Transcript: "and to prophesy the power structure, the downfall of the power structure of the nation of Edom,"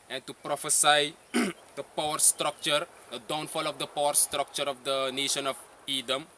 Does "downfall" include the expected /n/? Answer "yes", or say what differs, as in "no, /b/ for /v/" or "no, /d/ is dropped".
yes